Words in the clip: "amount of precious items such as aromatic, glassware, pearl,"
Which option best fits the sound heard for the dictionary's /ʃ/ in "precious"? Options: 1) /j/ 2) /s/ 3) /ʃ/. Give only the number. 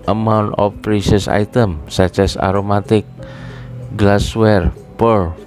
2